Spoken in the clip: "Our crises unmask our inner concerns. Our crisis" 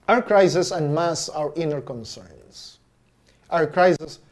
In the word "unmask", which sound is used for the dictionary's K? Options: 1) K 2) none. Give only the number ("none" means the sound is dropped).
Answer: 2